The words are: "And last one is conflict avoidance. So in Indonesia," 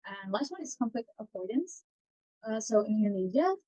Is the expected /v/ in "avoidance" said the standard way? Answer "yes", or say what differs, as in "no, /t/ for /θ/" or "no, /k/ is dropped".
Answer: no, /p/ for /v/